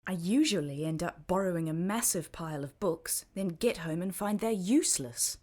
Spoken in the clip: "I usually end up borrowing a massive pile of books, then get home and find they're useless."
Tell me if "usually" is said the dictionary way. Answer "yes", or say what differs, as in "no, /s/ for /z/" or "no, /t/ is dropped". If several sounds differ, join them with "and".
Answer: yes